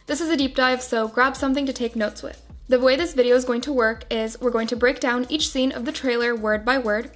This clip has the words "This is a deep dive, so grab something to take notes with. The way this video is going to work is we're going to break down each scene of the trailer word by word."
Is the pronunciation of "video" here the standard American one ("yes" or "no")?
yes